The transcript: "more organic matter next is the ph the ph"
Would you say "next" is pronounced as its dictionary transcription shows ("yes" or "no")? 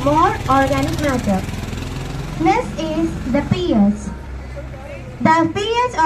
no